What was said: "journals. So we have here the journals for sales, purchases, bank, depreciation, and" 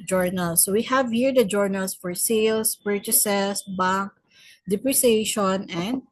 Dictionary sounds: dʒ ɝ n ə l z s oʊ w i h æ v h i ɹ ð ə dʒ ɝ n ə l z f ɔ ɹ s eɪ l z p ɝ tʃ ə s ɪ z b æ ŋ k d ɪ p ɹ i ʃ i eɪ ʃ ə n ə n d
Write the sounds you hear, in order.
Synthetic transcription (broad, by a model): dʒ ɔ n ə l s oʊ w i h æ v h i ɹ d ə dʒ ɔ n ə l s f ɔ ɹ s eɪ l s p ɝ tʃ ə s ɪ s b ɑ ŋ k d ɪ p ɹ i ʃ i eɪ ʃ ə n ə n d